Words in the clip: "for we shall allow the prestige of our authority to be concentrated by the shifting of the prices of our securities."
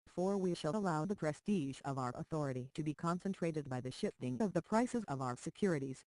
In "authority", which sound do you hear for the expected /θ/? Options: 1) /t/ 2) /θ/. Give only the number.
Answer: 2